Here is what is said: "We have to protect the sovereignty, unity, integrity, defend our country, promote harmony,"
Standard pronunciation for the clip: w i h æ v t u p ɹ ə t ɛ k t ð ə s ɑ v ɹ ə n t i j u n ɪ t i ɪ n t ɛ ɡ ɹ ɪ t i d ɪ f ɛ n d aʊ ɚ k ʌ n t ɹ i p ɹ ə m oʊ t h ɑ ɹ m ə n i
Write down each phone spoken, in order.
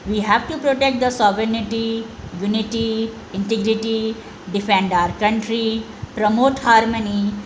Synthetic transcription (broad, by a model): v i h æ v t u p ɹ ə t ɛ k t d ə s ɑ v ɹ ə n t i j u n ɪ t i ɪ n t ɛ ɡ ɹ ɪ t i d ɪ f ɛ n d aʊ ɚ k ʌ n t ɹ i p ɹ ə m oʊ t h ɑ ɹ m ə n i